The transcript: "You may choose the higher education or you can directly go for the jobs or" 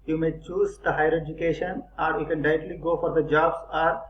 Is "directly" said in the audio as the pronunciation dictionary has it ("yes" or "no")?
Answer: no